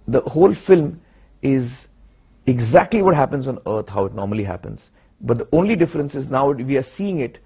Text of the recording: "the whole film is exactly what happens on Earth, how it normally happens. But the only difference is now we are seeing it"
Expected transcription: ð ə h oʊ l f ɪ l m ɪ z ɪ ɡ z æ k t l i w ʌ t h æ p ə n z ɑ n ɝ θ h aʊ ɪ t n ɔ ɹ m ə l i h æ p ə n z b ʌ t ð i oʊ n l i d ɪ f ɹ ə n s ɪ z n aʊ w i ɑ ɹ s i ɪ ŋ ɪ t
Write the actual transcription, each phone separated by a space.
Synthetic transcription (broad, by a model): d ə h oʊ l f ɪ l m ɪ z ɪ ɡ z æ k t l i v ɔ t h æ p ə n z ɑ n ɝ t h aʊ ɪ t n ɔ ɹ m ə l i h æ p ə n z b ʌ t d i oʊ n l i d ɪ f ɹ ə n s ɪ z n aʊ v i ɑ ɹ s i ɪ ŋ ɪ t